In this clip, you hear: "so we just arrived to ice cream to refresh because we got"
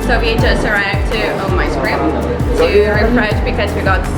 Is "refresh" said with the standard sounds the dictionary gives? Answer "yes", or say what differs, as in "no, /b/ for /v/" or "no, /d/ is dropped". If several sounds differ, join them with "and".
no, /p/ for /f/